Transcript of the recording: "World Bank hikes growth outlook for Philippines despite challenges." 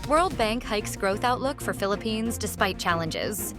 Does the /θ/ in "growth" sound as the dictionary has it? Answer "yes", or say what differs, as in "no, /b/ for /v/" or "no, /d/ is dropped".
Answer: yes